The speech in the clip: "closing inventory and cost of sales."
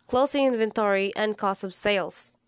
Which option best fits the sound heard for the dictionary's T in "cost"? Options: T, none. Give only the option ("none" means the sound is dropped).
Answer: none